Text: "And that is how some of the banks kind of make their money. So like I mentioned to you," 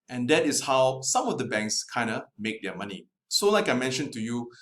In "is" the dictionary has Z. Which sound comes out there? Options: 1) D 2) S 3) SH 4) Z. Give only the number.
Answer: 2